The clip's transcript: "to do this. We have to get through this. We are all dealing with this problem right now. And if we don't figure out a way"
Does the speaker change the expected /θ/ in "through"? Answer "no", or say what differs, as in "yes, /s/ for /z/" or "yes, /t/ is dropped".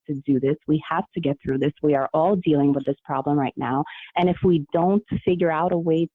no